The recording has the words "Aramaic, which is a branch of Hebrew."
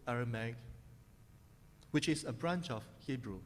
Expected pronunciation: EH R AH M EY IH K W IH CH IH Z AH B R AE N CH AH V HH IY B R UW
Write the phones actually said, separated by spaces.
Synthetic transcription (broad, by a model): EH R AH M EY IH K W IH CH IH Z AH B R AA N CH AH F HH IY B R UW